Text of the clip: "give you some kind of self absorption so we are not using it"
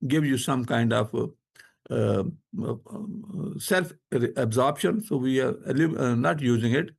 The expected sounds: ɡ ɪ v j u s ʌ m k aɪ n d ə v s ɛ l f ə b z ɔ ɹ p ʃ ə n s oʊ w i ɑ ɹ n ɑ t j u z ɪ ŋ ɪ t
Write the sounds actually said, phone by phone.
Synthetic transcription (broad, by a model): ɡ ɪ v j u s ʌ m k aɪ n d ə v s ɛ l f ə b z ɔ ɹ p ʃ ə n s oʊ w i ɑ ɹ n ɑ t j u z ɪ ŋ ɪ t